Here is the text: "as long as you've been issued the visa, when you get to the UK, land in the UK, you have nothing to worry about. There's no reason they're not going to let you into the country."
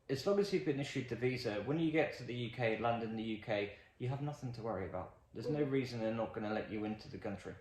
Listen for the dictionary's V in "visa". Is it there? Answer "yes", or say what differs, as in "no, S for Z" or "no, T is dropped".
yes